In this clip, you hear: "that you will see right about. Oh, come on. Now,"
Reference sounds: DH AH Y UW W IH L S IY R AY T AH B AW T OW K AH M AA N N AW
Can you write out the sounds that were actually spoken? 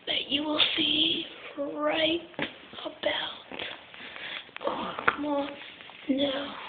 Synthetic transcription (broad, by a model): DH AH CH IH W IH L S IY R AY T AH B AW T OW K AH M AA N N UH